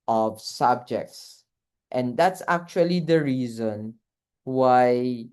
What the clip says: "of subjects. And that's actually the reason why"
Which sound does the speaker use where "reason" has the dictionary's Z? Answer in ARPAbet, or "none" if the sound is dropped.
Z